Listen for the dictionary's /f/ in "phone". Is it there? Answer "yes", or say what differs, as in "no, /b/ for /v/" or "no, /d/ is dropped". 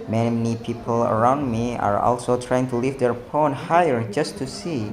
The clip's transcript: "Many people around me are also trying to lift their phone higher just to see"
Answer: no, /p/ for /f/